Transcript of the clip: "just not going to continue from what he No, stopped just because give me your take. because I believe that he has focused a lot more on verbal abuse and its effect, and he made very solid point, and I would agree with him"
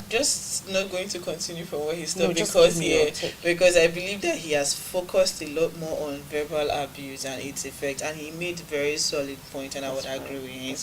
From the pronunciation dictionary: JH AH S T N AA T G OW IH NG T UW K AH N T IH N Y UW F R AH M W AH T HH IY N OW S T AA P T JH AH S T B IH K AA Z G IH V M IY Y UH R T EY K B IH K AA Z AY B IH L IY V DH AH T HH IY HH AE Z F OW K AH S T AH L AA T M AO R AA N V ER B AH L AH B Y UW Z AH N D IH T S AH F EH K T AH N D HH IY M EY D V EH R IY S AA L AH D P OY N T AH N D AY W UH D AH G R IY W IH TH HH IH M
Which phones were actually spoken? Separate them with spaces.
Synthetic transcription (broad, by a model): JH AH S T N AA T G OW IH NG T UW K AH N T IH N Y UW F R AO M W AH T HH IY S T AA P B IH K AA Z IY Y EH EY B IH K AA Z AY B IH L IY V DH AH T HH IY HH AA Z F OW K AH S T AH L AA T M AO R AA N V ER B AH L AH B Y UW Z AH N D IH T S AH F EH K T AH N HH IY M EY D V EH R IY S AA L AH D P OY N T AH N AY W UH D AH G R IY W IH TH HH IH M